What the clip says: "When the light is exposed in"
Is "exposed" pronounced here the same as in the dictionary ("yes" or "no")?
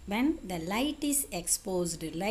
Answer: yes